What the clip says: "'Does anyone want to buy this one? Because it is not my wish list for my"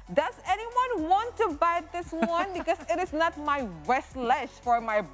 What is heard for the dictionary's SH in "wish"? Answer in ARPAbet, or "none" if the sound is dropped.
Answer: S